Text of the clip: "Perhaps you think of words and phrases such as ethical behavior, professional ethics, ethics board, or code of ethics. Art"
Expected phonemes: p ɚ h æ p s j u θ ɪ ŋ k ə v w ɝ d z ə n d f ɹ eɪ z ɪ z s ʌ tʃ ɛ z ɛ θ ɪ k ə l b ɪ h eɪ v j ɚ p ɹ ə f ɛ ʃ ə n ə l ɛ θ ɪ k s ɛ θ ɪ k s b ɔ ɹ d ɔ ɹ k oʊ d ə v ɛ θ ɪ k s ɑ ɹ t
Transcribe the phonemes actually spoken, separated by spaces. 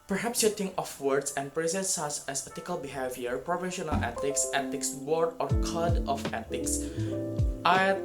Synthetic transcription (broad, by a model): p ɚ h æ p s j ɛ t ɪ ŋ ə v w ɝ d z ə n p ɹ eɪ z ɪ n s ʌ s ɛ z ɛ t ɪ k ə l b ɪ h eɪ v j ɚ p ɹ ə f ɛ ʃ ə n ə l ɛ t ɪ k s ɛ t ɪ k s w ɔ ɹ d ɔ ɹ k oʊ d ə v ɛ t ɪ k s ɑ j